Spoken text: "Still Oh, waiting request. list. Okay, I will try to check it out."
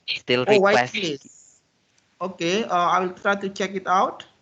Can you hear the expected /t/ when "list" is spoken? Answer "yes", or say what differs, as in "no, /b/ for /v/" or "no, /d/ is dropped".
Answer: no, /t/ is dropped